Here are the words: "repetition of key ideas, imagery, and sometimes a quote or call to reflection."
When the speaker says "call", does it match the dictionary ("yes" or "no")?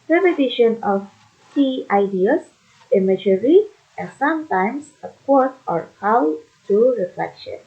no